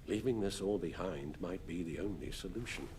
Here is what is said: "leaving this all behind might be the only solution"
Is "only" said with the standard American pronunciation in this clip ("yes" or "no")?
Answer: yes